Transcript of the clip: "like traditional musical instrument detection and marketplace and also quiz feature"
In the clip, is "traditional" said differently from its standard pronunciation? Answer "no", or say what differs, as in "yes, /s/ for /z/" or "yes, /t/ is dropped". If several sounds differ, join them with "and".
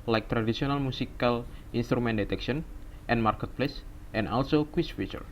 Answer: yes, /s/ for /ʃ/